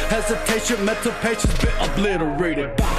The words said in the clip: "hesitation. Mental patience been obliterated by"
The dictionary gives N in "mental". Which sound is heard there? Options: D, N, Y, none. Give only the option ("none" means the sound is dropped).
none